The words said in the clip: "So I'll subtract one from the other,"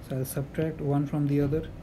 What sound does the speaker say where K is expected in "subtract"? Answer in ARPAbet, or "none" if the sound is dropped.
K